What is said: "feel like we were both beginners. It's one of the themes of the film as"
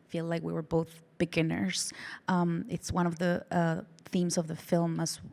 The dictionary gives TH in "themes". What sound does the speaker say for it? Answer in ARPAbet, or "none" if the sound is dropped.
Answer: TH